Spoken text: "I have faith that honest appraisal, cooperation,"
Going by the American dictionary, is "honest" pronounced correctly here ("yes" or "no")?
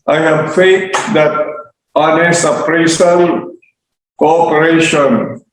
no